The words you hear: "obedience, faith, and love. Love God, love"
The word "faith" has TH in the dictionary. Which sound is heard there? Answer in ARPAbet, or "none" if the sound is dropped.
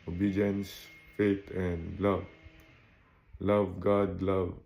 T